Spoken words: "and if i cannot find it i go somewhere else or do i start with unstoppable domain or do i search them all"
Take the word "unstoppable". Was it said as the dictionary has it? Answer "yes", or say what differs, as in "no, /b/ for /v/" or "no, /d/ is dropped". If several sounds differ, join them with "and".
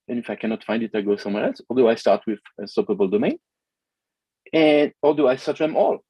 no, /n/ is dropped